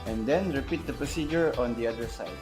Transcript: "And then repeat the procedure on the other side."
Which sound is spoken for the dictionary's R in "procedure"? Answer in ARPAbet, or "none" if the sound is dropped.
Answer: R